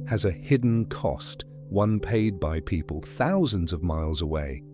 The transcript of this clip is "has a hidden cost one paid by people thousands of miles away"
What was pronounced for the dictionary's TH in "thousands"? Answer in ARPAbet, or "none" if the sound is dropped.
TH